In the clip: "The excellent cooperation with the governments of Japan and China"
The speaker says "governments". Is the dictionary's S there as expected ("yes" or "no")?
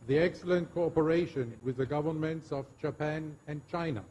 yes